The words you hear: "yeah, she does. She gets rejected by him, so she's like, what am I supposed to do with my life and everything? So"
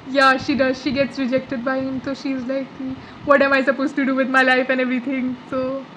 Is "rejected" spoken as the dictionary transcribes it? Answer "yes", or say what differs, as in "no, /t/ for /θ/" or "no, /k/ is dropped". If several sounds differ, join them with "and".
yes